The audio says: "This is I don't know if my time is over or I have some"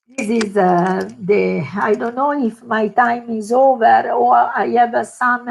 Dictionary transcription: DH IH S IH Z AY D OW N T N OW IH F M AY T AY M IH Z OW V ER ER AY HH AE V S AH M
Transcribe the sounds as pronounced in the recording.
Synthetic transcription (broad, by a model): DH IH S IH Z AY D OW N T N OW IH F M AY T AY M IH Z OW V ER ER AY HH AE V S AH M